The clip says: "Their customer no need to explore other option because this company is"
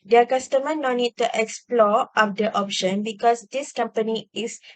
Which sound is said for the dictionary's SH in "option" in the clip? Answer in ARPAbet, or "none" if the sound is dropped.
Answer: SH